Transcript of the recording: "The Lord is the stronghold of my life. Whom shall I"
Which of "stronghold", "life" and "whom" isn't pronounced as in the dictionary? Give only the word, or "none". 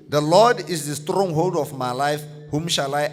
none